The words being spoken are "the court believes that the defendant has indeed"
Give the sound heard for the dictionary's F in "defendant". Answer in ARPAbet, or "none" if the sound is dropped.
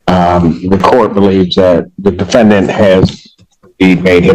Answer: F